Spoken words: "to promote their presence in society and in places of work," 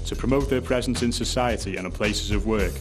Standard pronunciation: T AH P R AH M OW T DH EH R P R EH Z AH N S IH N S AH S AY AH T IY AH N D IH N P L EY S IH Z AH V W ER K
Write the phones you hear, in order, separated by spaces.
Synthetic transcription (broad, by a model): T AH P R AH M OW T DH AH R P R EH Z AH N S IH N S AH S AY AH T IY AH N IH P L EY S IH Z AH V W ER K